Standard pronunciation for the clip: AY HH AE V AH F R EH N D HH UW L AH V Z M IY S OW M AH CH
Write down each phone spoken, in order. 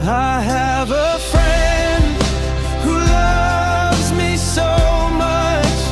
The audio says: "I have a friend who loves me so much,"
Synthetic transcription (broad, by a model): AY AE V AH F R EH N D HH UW L AH V Z M IY S OW M AH CH